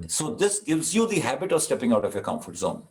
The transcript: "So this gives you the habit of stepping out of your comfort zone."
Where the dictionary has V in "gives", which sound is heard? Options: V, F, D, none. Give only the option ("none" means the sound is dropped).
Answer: V